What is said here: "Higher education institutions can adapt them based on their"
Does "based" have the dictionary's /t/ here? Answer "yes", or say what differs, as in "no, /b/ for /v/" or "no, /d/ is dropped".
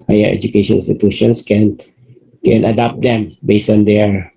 no, /t/ is dropped